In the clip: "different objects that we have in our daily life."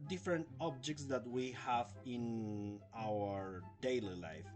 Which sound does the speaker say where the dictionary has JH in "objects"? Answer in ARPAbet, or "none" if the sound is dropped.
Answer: JH